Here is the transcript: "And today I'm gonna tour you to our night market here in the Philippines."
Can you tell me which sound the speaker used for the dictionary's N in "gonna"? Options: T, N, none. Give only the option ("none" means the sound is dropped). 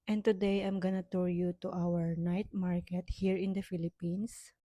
N